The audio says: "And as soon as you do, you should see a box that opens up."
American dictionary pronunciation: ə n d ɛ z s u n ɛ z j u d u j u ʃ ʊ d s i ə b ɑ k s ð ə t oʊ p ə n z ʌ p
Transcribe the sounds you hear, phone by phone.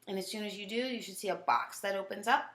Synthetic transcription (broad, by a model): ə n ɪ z s u n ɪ z j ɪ d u j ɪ ʃ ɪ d s i ə b ɑ k s ð ə t oʊ p ə n z ʌ p